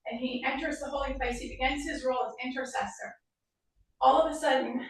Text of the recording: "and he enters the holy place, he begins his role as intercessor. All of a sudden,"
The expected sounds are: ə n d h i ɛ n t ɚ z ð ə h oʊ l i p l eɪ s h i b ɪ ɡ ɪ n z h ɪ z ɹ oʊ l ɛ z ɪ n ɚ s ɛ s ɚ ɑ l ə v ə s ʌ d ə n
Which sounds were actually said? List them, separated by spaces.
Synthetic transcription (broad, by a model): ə n i ɛ n t ɚ z ð ə h oʊ l i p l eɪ s h i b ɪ ɡ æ n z h ɪ z ɹ oʊ l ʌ z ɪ n ɚ s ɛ s ɚ ɑ l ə v ə s ʌ d n